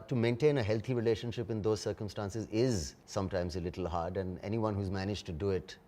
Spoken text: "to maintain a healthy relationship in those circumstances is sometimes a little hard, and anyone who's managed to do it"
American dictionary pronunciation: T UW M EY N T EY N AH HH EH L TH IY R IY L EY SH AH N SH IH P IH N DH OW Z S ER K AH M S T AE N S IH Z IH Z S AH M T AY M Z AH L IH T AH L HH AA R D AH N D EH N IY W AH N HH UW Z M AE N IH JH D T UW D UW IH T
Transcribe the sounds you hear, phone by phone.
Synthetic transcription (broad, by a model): T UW M EY N T EY N AH HH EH L T IY R IY L EY SH AH N SH IH P IH N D OW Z S ER K AH M S T AE N S IH Z IH Z S AH M T AY M Z AH L IH T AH L HH AA R D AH N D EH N IY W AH N HH UW Z M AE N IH JH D T UW D UW IH T